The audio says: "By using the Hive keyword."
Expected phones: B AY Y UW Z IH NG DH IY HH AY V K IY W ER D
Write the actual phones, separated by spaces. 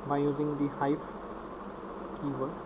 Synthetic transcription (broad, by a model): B AY Y UW Z IH NG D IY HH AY P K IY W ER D